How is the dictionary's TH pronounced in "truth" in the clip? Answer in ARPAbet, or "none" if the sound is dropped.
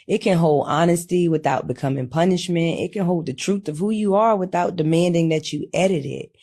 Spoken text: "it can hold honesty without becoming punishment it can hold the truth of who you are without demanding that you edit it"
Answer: TH